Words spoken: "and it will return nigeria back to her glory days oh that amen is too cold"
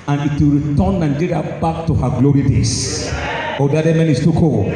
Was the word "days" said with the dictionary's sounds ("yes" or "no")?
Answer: no